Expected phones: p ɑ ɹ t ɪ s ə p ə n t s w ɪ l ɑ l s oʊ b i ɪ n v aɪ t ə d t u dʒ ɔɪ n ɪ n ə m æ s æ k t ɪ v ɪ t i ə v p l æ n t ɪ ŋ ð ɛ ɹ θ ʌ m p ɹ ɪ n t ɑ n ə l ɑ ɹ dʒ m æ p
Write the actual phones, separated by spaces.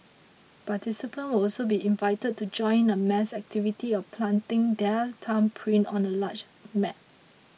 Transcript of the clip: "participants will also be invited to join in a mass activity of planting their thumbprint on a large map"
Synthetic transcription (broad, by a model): p ɑ t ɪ s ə p ə n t w ɪ l ɑ l s oʊ b i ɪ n v aɪ t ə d t u dʒ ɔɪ ɪ n ə m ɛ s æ k t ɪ v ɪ t i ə p l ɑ n t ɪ ŋ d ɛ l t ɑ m p ɹ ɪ n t ɑ n ə l ɑ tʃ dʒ m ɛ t